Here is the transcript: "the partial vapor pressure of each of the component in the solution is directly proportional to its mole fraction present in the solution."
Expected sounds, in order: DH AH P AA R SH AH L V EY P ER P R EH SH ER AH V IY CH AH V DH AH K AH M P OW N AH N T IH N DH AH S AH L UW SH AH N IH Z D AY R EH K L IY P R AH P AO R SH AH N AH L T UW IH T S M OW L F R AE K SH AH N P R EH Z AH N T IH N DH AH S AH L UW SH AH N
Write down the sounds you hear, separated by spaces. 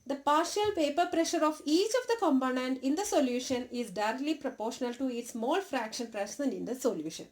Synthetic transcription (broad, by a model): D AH P AA R SH AH L P EY P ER P R EH SH ER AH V IY CH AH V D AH K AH M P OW N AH N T IH N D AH S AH L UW SH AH N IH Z D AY R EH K L IY P R AH P AO R SH AH N AH L T UW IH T S M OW L F R AE K SH AH N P R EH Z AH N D IH N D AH S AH L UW SH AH N